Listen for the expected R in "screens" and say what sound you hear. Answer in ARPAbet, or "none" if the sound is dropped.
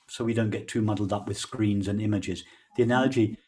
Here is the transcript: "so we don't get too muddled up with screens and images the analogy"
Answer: R